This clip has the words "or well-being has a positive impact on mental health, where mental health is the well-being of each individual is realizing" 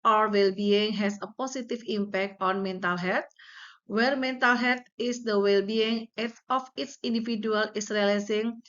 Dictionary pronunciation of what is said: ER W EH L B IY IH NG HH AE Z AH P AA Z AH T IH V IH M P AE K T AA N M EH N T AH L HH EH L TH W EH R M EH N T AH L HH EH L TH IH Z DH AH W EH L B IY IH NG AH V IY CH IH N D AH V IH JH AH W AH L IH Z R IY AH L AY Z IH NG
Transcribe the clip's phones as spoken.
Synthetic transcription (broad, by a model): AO W EH L B IY IH NG HH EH S AH P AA S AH T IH F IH M P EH K T AA N M EH N T AH L HH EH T W EH R M EH N T AH L HH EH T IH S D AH W EH L B IY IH NG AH F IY S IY N D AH F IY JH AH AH L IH S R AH L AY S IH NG